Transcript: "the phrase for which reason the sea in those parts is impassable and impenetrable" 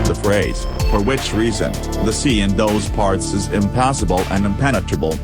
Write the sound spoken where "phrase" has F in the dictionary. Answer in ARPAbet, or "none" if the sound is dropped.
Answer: F